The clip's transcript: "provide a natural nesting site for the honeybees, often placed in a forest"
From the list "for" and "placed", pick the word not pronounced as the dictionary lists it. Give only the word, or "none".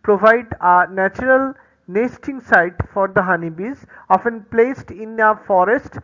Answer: none